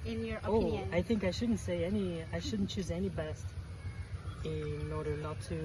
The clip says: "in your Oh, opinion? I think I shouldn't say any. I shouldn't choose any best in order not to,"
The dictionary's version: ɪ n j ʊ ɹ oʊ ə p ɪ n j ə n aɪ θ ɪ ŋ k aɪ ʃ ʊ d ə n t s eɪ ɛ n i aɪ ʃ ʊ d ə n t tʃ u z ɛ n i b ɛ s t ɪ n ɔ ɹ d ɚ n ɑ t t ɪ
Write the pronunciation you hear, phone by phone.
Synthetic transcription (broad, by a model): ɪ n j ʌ ɹ oʊ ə ɑ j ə θ ɪ ŋ k aɪ ʃ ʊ d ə n t s eɪ ɛ n i aɪ ʃ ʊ d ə n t tʃ u z ɛ n i b ɛ s t ɪ n ɔ ɹ d ɚ n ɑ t t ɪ